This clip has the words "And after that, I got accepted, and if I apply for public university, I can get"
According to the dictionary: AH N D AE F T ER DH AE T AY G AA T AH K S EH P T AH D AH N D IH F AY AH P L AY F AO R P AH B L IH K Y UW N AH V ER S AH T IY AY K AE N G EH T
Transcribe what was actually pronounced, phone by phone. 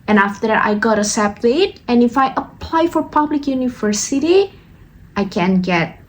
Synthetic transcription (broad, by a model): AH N AE F T ER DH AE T AY G AA T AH S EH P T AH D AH N IH F AY AH P L AY F AO R P AH B L IH K Y UW N AH V ER S AH T IY AY K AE N G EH T